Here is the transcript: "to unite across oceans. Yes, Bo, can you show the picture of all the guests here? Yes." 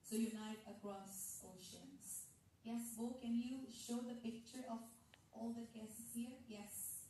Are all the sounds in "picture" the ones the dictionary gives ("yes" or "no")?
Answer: yes